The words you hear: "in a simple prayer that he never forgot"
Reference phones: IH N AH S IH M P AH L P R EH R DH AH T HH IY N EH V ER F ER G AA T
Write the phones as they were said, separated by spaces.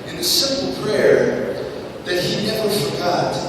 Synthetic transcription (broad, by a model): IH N AH S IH M P L P R EH R DH AH T HH IY N EH V ER F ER G AA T